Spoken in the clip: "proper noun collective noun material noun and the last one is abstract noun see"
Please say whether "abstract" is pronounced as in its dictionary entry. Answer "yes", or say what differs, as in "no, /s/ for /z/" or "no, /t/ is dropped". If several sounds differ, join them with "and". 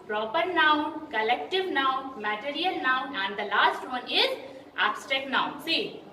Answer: no, /ɹ/ is dropped